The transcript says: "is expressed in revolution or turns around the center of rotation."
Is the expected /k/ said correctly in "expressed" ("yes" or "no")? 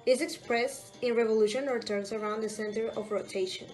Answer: yes